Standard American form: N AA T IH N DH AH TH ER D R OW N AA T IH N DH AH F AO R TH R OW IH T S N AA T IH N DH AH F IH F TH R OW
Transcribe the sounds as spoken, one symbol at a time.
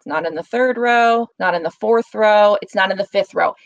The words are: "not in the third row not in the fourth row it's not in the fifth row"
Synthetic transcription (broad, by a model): N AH T IH N DH AH TH ER D R OW N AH T IH N DH AH F AO R TH R OW IH T S N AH T IH N DH AH F IH F TH R OW